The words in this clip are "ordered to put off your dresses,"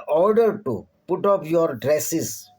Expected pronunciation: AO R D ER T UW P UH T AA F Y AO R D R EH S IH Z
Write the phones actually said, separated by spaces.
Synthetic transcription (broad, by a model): AO R D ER T UW P UH T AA P Y AO R D R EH S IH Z